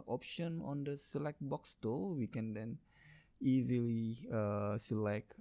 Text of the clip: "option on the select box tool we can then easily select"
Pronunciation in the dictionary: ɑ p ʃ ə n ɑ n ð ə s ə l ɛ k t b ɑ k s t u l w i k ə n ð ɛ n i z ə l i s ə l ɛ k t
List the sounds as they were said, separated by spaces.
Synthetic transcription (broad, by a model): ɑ p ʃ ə n ɑ n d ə s ə l ɛ k t b ɑ k s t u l w i k ə n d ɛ n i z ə l i s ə l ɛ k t